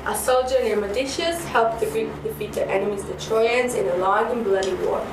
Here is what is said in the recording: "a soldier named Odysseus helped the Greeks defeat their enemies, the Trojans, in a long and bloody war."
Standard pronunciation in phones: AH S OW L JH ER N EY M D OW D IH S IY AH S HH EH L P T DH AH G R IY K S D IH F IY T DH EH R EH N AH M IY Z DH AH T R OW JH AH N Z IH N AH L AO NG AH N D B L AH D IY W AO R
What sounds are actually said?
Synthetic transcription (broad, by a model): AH S OW L JH ER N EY M OW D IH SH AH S HH EH L P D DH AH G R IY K D IH F IY T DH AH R EH N AH M IY Z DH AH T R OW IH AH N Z IH N AH L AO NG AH N B L AH D IY W AO